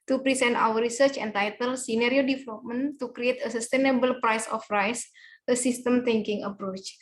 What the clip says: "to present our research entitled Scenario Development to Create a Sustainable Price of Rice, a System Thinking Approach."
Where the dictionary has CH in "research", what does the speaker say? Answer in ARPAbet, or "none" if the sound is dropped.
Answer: CH